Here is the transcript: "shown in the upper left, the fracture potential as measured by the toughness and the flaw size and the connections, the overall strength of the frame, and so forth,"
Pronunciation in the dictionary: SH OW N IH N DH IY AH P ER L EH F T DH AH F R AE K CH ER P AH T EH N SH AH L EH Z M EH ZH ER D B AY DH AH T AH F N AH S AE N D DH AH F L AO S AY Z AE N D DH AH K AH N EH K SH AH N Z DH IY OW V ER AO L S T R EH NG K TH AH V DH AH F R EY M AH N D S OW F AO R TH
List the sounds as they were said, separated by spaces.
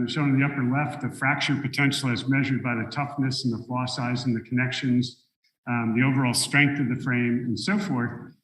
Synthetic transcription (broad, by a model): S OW IH N DH IY AH P ER L EH F T DH AH F R AE K CH ER P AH T EH N SH L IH Z M EH ZH ER D B AY DH AH T AH F N AH S N DH AH F L AO S AY Z N DH AH K AH N EH K SH AH N Z DH IY OW V ER AO L S T R EH NG K TH AH V DH AH F R EY M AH N S OW F AO R TH